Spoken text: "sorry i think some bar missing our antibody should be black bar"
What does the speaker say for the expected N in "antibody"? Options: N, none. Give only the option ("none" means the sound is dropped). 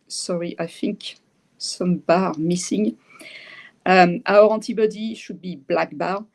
none